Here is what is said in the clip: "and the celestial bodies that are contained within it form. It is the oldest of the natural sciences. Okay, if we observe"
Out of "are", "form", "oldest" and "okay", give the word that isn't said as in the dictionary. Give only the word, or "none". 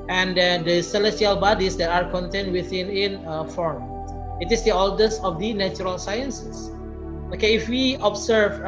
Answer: oldest